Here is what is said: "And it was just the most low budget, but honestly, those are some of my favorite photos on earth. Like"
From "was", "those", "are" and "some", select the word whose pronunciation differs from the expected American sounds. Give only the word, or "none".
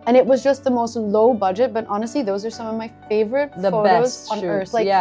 none